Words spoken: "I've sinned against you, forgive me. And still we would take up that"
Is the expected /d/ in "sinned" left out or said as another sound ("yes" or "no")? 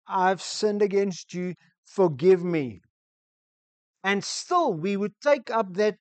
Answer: no